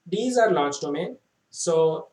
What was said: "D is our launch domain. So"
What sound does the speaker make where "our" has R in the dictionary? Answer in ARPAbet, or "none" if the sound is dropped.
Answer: R